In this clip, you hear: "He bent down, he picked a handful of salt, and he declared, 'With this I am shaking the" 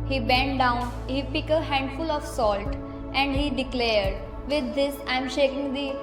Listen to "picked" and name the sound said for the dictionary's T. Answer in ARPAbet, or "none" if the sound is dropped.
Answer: none